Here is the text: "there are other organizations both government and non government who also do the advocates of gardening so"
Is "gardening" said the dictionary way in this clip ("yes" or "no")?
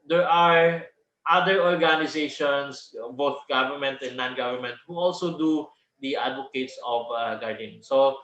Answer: no